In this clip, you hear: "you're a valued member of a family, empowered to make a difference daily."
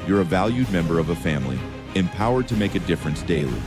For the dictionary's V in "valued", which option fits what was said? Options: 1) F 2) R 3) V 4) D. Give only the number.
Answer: 3